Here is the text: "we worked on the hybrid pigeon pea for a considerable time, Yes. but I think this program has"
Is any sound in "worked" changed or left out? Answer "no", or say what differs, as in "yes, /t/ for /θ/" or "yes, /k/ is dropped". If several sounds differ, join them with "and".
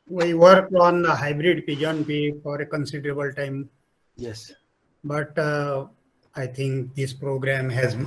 yes, /t/ is dropped